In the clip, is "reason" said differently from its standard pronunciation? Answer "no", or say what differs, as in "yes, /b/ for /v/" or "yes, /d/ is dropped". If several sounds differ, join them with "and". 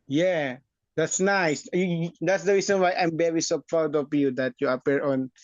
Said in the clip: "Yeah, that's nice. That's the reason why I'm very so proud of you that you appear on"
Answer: yes, /s/ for /z/